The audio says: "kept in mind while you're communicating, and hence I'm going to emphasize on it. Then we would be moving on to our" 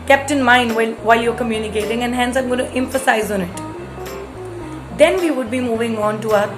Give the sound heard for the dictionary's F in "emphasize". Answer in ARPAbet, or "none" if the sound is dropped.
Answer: F